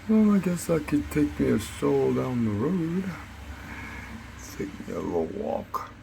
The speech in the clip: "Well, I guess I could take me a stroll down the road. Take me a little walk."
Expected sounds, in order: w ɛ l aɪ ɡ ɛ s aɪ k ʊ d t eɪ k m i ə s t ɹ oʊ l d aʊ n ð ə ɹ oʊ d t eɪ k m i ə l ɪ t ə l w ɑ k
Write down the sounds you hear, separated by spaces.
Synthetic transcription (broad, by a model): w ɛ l aɪ ɡ ɛ s aɪ k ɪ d t eɪ k m i ə s oʊ l d aʊ n ð ə ɹ oʊ d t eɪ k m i ə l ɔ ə w ɑ k